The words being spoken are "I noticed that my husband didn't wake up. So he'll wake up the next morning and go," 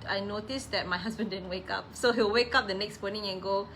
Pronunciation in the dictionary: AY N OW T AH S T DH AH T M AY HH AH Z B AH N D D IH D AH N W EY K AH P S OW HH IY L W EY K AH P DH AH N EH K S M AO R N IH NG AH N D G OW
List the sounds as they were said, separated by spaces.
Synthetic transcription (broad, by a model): AY N OW T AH S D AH T M AY HH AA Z B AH N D D IH D AH N W EY K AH P S OW HH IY W W EY K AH P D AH N EH K S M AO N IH NG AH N G OW